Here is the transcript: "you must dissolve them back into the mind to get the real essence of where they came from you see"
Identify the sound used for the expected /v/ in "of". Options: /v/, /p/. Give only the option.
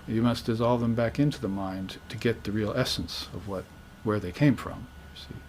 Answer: /v/